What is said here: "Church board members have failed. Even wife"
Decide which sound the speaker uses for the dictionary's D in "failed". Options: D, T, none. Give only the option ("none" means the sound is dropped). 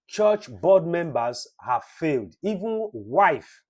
D